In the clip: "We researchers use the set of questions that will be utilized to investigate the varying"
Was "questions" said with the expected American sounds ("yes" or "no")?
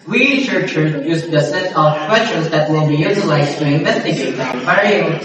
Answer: no